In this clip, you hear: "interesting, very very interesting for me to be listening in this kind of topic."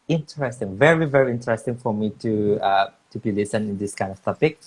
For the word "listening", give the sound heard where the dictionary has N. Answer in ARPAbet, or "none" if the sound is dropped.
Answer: none